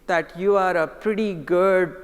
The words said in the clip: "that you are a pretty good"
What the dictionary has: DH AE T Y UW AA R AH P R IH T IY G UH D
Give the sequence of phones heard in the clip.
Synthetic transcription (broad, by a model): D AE T Y UW AA R AH P R IH T IY G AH D